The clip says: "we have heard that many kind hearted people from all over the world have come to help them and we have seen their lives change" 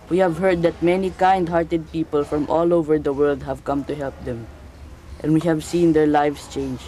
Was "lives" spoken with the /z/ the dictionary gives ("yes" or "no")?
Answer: no